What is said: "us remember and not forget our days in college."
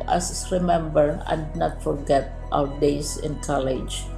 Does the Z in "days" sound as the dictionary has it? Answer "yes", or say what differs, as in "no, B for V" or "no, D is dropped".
no, S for Z